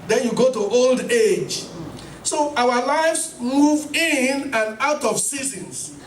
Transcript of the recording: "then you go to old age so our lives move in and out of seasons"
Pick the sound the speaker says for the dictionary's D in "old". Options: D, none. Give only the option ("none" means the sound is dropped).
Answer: D